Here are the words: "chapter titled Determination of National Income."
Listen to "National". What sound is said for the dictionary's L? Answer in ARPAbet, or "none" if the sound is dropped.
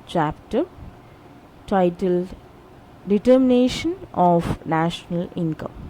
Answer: L